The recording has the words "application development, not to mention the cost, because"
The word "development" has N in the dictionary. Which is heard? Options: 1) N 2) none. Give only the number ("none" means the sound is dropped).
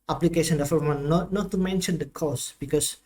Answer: 2